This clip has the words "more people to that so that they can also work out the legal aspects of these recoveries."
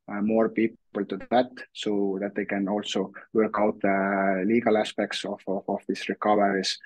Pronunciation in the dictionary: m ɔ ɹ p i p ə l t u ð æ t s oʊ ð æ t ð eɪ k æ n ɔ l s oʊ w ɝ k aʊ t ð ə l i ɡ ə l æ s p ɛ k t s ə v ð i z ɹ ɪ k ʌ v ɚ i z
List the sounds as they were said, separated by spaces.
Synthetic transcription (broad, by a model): m ɔ ɹ p i p ə l t u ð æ t s oʊ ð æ t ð eɪ k æ n ɔ l s oʊ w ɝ k aʊ t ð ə l i ɡ ə l æ s p ɛ k t s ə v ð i s ɹ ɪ k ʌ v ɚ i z